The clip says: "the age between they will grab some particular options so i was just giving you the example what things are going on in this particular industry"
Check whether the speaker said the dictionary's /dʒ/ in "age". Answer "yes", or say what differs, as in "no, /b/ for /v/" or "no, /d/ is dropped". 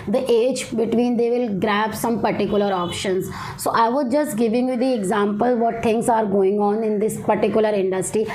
yes